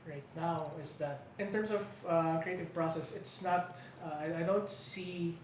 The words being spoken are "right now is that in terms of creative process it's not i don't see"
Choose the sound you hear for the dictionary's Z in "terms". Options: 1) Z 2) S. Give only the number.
2